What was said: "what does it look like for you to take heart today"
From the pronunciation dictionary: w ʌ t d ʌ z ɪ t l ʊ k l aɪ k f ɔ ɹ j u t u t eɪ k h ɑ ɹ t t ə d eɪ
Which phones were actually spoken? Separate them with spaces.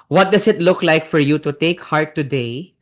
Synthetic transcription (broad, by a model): w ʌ t d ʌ s ɪ t l ʊ k l aɪ k f ɔ ɹ j u t u t eɪ k h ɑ ɹ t t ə d eɪ